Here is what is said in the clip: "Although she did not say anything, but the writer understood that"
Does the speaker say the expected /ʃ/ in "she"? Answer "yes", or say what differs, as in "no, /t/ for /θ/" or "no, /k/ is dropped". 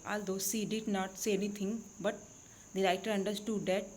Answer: no, /s/ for /ʃ/